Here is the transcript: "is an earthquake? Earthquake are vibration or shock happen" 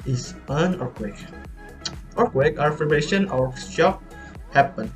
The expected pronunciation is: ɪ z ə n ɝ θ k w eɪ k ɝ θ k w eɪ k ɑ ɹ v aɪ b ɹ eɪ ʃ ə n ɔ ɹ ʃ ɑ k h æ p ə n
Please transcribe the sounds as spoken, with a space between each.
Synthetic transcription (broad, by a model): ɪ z ə n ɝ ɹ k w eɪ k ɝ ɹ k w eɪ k ɑ ɹ f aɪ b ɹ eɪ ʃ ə n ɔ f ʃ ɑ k h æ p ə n